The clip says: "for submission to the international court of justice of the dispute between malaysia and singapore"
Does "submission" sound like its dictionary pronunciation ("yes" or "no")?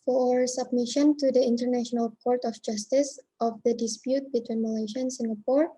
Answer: yes